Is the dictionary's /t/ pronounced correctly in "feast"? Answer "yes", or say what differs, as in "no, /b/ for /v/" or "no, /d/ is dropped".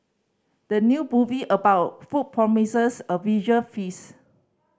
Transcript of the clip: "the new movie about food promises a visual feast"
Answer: no, /t/ is dropped